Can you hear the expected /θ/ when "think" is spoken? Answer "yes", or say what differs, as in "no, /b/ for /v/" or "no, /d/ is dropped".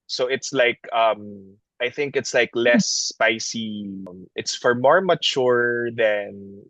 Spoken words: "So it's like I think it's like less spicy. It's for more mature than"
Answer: yes